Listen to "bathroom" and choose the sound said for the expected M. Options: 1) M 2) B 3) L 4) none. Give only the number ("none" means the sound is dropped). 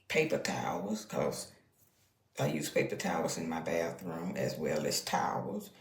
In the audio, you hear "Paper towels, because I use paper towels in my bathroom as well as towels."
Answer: 1